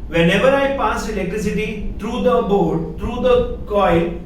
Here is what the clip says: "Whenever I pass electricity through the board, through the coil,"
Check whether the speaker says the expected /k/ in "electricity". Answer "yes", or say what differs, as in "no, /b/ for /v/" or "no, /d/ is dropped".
no, /k/ is dropped